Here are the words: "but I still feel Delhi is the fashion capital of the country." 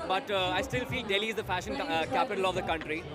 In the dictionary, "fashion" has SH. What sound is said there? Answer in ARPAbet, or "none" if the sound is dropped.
SH